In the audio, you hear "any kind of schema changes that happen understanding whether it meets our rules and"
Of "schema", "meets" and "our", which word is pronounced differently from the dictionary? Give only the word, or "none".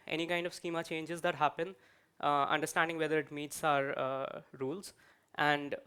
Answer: none